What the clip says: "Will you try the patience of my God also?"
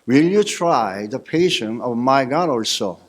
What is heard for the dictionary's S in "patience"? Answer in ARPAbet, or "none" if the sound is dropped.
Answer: none